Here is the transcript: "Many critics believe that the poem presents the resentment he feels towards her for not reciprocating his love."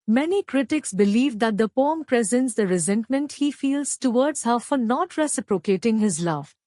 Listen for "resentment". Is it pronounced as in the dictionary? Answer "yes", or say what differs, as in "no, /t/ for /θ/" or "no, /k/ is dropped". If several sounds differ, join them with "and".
yes